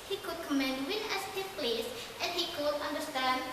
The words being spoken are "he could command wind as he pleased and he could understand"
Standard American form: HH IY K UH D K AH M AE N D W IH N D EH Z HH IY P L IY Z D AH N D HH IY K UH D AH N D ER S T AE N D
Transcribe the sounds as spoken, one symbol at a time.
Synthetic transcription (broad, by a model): HH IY K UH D K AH M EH N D W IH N EH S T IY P L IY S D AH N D HH IY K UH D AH N D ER S T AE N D